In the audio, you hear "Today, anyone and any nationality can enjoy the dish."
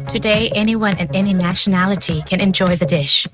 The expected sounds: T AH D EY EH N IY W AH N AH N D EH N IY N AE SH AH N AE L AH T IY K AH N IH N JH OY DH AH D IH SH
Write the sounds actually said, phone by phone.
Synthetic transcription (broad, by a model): T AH D EY EH N IY W AH N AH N EH N IY N AE SH AH N AE L AH T IY K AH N IH N JH OY DH AH D IH SH